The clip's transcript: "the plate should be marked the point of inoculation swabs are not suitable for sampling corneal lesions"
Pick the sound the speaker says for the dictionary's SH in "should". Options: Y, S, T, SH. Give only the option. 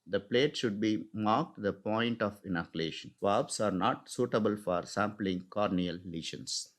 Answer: SH